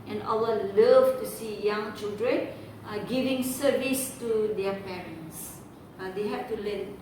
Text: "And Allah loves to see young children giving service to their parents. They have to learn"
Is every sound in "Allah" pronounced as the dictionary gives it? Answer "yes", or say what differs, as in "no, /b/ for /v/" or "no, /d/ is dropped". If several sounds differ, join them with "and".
no, /w/ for /l/